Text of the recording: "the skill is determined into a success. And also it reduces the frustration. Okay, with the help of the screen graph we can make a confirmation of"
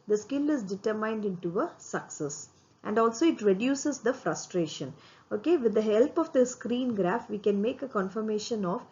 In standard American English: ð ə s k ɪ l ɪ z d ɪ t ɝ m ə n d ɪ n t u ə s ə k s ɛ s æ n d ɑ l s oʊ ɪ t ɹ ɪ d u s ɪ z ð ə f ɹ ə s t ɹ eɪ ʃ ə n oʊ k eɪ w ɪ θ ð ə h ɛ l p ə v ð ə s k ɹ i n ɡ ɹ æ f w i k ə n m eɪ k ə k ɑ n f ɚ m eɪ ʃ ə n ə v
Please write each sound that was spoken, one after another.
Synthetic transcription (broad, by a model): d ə s k ɪ l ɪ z d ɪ t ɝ m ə n d ɪ n t u ə s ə k s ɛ s æ n d ɑ l s oʊ ɪ t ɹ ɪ d u s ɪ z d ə f ɹ ə s t ɹ eɪ ʃ ə n oʊ k eɪ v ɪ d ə h ɛ l p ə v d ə s k ɹ i n ɡ ɹ æ f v i k ə n m eɪ k ə k ɑ n f ɚ m eɪ ʃ ə n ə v